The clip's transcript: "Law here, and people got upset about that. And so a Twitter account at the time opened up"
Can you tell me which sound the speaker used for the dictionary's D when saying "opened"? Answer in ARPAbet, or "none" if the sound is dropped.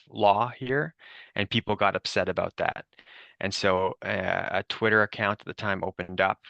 D